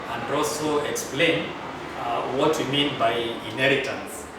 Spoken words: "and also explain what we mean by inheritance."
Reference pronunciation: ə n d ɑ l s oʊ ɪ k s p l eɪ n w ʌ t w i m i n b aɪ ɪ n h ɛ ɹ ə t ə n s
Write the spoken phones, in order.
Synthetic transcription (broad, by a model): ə n d ɑ l s oʊ ɪ k s p l eɪ n w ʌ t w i m i n b aɪ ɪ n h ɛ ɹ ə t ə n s